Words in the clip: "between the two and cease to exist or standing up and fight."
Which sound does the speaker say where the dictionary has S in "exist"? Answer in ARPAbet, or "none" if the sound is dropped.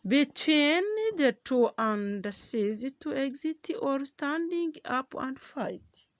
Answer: none